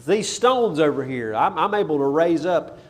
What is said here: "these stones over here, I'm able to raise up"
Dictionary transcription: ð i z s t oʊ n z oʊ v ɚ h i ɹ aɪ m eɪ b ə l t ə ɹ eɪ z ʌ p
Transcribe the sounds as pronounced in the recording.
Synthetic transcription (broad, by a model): ð i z s t oʊ n z oʊ v ɚ h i ɹ aɪ m eɪ b l t ə ɹ eɪ z ʌ p